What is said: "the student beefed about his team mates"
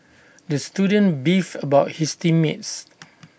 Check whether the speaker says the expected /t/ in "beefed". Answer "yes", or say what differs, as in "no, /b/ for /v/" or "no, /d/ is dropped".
no, /t/ is dropped